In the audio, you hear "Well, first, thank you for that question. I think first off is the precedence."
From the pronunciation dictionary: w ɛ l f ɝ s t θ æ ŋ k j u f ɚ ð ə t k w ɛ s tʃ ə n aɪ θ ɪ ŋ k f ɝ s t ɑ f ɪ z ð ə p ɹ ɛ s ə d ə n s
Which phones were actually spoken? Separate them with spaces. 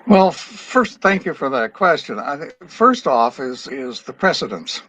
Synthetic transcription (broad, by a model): w ɛ l f ɝ s t θ æ ŋ k j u f ɚ ð ə t k w ɛ s tʃ ə n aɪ ɪ f ɝ s t ɑ f ɪ z ð ə p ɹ ɛ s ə d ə n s